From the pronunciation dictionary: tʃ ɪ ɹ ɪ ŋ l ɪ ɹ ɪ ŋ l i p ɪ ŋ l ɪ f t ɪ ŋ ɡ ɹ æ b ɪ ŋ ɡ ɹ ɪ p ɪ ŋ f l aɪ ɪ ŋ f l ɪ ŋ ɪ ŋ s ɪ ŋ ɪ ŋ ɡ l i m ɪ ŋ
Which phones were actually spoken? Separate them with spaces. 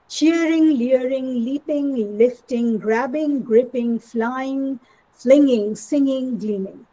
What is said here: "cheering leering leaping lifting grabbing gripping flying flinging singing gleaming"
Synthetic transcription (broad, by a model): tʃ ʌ ɹ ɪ ŋ l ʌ ɹ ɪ ŋ l i p ɪ ŋ l ɪ f t ɪ ŋ ɡ ɹ æ b ɪ ŋ ɡ ɹ ɪ p ɪ ŋ f l aɪ ɪ ŋ f l ɪ ŋ ɪ ŋ s ɪ ŋ ɪ ŋ ɡ l i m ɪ ŋ